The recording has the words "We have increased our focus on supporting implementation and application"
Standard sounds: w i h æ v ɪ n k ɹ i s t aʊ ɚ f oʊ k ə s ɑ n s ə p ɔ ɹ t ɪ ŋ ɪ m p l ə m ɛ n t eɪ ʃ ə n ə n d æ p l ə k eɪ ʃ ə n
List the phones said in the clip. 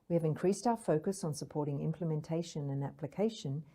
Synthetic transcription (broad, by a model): w i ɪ v ɪ n k ɹ i s t aʊ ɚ f oʊ k ə s n s ə p ɔ ɹ t ɪ ŋ ɪ m p l ə m ɛ n t eɪ ʃ ə n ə n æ p l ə k eɪ ʃ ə n